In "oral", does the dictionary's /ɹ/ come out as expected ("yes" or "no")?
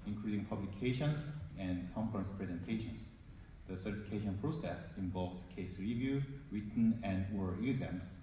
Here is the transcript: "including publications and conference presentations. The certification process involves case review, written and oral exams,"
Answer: no